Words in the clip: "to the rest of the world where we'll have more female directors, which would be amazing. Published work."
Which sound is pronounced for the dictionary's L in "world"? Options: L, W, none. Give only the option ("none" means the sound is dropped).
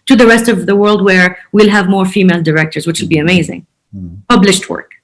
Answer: L